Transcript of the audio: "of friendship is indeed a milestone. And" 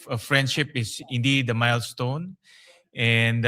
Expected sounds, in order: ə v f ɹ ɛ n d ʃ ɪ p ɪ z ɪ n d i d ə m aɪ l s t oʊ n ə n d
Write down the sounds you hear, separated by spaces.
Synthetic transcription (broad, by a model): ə f ɹ ɛ n d ʃ ɪ p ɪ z ɪ n d i d ə m aɪ l s t oʊ n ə n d